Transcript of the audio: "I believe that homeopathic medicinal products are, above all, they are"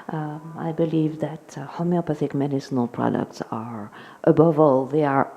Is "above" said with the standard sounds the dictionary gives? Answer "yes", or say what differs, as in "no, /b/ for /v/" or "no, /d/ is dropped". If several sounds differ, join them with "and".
yes